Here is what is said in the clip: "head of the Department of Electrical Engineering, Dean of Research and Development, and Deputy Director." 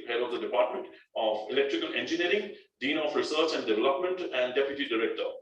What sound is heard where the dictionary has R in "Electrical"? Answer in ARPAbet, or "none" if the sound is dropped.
R